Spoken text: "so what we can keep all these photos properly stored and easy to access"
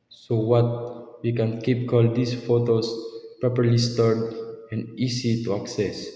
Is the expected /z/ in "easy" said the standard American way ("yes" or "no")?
no